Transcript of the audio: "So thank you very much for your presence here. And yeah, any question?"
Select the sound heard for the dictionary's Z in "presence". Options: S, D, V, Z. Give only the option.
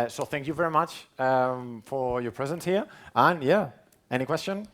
Z